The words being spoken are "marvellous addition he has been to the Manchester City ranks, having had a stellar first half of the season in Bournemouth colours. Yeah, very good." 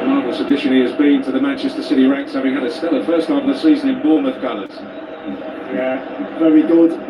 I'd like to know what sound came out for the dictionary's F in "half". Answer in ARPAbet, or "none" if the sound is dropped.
none